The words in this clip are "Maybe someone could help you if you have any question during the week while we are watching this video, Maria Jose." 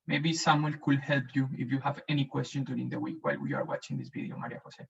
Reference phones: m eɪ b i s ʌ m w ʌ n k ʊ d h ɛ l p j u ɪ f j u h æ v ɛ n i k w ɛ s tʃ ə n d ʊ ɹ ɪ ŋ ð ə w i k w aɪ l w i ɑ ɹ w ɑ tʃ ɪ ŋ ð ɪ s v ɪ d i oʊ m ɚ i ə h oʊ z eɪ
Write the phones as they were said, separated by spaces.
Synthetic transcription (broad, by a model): m eɪ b i s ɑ m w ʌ l k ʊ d h ɛ l p j u ɪ f j u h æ v ɛ n i k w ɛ s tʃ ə n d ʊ ɹ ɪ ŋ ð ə w i k w aɪ l w i ɑ ɹ w ɑ tʃ ɪ ŋ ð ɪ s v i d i oʊ m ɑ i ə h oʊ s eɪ